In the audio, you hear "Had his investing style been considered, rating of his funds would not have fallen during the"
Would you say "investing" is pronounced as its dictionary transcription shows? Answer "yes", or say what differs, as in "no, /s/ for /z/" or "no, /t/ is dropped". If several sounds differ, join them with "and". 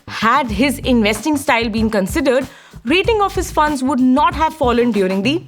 yes